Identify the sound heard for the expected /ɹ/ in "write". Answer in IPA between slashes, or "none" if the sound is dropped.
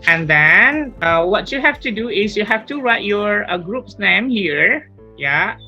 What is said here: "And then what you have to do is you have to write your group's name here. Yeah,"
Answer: /ɹ/